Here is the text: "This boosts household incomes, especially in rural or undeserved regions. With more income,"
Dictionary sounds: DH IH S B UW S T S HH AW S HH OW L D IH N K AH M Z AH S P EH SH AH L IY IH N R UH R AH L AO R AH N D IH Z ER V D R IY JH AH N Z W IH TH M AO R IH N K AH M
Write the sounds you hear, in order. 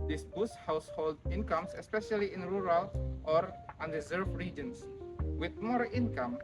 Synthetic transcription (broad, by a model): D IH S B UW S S HH AW S HH OW L D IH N K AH M S AH S P EH SH AH L IY IH N R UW R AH L AO R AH N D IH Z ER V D R IY JH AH N S W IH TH M AO R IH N K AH M